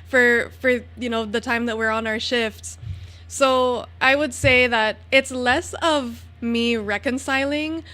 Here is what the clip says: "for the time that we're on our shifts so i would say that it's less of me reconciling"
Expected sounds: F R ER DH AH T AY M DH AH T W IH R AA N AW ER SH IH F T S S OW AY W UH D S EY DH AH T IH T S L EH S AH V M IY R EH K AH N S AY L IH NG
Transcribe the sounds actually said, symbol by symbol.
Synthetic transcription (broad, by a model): F R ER DH AH T AY M DH AH T W IH R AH N AW ER SH IH F T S S OW AY W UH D S EY DH AH T IH T S L EH S AH V M IY R EH K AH N S AY L IH NG